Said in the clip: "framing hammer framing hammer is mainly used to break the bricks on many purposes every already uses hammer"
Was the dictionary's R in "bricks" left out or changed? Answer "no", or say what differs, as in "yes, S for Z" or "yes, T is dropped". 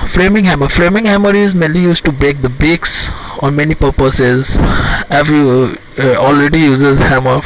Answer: yes, R is dropped